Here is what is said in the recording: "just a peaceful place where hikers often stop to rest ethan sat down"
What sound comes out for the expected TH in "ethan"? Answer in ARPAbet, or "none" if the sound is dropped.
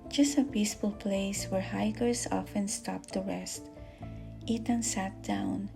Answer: T